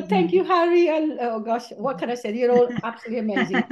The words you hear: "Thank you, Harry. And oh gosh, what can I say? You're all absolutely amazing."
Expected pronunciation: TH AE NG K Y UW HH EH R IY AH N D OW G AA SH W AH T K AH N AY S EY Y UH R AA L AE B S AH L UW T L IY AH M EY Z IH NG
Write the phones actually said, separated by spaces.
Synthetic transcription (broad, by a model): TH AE NG K Y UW HH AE R IY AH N OW G AA SH W AH T K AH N AY S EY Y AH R AA L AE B S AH L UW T L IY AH M EY Z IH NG